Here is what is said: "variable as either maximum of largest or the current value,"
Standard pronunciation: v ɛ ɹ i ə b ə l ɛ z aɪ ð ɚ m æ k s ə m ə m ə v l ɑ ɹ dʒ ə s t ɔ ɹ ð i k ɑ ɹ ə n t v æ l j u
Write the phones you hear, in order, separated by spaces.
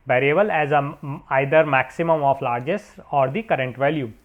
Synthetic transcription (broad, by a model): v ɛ ɹ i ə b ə l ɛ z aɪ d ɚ m æ k s ə m ə m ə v l ɑ ɹ dʒ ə s ɔ ɹ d i k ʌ ɹ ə n t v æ l j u